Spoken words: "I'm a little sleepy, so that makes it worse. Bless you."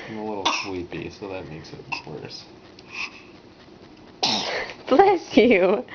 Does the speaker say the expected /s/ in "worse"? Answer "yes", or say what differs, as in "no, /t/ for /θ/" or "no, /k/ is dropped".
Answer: yes